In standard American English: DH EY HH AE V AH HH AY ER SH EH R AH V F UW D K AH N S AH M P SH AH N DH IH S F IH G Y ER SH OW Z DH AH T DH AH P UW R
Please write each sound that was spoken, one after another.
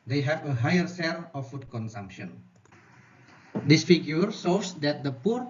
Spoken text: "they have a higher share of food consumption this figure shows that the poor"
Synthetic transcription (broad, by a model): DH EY HH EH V AH HH AY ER S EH L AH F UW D K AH N S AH M P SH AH N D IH S F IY G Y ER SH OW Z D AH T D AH P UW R